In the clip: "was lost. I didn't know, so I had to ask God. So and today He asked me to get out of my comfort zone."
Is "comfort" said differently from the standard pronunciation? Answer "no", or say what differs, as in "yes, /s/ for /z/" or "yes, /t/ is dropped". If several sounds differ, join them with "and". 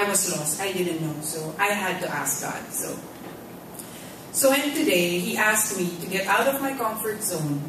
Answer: no